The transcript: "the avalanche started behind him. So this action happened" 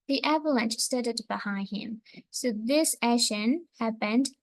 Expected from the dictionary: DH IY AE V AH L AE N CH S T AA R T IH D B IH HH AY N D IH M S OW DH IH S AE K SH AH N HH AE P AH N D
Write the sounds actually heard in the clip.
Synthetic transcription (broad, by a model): DH IY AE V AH L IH N S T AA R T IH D B IH HH AY N D IH M S OW DH IH S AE SH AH N HH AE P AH N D